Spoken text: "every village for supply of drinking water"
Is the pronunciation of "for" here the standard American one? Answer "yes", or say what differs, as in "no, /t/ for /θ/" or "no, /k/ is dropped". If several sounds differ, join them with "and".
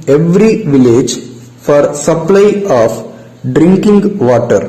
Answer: yes